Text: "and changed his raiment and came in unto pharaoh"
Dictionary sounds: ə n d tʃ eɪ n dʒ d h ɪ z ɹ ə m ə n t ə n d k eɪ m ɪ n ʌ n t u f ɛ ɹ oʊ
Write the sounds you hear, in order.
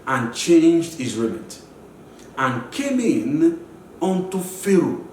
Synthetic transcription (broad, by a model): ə n tʃ eɪ n dʒ d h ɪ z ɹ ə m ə t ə n k eɪ m ɪ n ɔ n t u f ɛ ɹ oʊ